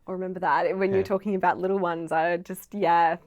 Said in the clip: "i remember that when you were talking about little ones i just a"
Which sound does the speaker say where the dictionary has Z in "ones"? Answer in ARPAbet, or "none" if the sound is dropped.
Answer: Z